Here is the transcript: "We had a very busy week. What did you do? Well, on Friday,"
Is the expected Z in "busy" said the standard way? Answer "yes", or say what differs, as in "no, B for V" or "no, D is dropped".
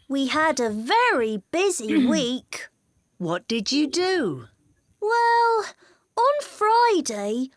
yes